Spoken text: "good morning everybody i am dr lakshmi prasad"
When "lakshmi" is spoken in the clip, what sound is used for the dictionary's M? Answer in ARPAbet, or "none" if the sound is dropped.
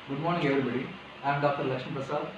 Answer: none